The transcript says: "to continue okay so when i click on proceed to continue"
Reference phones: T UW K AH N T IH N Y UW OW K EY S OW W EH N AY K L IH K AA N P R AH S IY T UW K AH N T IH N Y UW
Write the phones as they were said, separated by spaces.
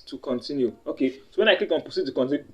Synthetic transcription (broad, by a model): T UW K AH N T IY N Y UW OW K EY S OW W EH N AY K L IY K AA N P AH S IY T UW K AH N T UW